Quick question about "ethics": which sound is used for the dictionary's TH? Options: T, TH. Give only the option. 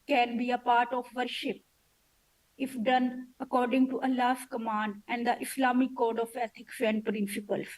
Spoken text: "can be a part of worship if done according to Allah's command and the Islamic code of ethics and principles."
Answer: T